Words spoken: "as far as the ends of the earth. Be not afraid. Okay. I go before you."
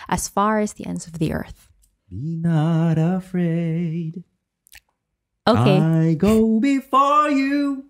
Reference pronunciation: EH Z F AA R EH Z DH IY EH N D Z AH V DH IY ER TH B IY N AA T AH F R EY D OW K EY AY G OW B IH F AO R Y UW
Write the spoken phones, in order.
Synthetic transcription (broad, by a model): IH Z F AA R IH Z DH IY EH N D Z AH V DH IY ER TH B IY N AA T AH F R EY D OW K EY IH G OW B IH F AO R Y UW